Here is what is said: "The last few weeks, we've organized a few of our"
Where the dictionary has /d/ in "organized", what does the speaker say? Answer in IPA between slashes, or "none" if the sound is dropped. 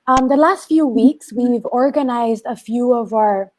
/d/